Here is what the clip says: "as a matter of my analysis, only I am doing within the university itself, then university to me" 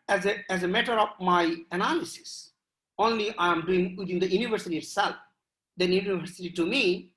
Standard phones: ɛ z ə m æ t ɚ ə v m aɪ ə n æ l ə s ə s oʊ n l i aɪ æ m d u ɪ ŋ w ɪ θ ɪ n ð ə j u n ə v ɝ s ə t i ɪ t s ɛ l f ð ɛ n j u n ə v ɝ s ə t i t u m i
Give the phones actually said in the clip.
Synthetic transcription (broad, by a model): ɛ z ə m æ t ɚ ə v m aɪ ə n æ l ə s ə s oʊ n l i aɪ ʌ m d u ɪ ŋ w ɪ t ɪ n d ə j u n ə v ɝ s ə t i ɪ t s ɛ l f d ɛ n j u n ə v ɝ s ə t i t u m i